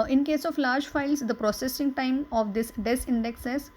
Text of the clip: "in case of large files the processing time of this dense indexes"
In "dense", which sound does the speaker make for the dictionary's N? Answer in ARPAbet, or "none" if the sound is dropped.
none